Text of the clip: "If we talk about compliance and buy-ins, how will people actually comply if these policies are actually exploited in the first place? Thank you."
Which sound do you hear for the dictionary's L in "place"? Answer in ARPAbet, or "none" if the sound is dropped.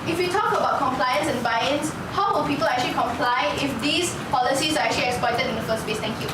none